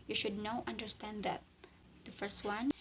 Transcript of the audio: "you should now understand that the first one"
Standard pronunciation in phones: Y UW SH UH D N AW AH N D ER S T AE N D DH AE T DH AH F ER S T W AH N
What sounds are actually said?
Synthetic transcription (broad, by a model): Y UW SH UH D N AW AH N D ER S T AE N D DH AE T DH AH F ER S T W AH N